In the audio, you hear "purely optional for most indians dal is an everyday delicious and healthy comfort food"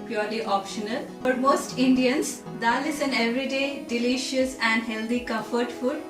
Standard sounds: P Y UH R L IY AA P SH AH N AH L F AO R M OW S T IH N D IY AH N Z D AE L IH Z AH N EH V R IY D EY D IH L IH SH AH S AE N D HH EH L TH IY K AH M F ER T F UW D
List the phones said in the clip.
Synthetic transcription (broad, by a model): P Y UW R L IY AA P SH AH N AH L F AO R M OW S T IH N D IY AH N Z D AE L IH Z AH N EH V R IY D EY D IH L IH SH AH S AE N D HH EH L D IY K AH F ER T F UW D